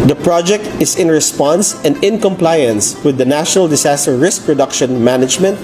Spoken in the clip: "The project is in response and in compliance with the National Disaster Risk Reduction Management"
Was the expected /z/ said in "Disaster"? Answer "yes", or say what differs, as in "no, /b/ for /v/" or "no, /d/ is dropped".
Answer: no, /s/ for /z/